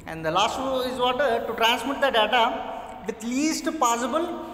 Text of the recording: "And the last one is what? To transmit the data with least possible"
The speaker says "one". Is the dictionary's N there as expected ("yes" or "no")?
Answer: no